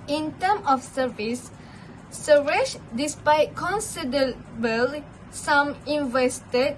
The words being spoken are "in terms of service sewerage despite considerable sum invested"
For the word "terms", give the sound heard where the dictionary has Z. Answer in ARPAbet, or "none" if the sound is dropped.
none